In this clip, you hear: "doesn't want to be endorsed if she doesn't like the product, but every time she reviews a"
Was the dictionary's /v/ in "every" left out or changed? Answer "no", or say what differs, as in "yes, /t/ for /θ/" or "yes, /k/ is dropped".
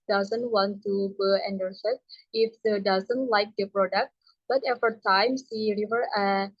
yes, /f/ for /v/